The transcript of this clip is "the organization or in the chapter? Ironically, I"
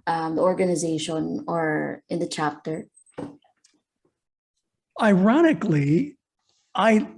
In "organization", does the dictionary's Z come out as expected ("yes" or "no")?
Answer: yes